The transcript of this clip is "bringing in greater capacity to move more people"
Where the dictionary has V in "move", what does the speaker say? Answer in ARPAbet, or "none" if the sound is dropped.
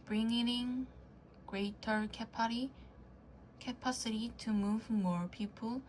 V